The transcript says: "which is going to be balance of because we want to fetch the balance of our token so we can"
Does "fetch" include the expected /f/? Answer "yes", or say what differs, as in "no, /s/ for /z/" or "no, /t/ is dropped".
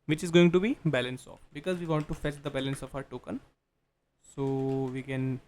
yes